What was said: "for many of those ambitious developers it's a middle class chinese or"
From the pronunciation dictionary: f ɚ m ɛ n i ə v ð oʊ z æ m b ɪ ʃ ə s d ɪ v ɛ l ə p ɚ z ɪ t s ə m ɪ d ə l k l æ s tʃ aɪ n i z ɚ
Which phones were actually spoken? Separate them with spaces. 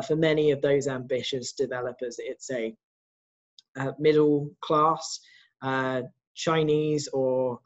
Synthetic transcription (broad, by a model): f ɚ m ɛ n i ə v ð oʊ z æ m b ɪ ʃ ə s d ɪ v ɛ l ə p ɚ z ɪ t s ə m ɪ d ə l k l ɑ s tʃ aɪ n i z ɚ